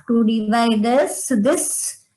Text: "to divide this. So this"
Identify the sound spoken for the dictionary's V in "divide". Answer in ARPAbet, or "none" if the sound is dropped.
V